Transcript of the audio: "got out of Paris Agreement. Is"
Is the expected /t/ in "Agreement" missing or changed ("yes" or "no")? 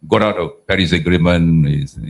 yes